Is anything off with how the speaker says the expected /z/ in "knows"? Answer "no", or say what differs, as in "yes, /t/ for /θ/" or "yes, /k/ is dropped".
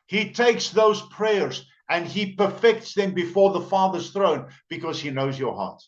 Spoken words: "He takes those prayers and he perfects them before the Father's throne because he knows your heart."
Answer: no